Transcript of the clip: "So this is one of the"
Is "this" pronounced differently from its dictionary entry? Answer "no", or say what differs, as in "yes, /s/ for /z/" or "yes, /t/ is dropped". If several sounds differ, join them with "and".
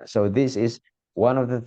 no